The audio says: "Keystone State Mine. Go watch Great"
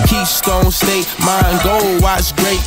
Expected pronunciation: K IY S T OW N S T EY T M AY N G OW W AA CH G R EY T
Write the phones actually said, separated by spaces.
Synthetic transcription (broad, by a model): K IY S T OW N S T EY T M AY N G OW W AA S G R EY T